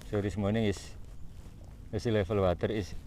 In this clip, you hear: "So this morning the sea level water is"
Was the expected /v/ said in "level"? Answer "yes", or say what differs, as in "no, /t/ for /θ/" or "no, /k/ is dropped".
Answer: no, /f/ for /v/